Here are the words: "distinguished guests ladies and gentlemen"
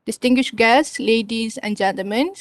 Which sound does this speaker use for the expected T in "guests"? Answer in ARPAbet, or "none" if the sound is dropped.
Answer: S